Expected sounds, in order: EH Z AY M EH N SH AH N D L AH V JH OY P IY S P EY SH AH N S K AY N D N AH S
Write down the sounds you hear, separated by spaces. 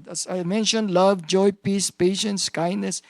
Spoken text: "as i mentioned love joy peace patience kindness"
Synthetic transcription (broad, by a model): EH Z AY M EH N SH AH N D L AH V JH OY P IY S P EY SH AH N S K AY N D N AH S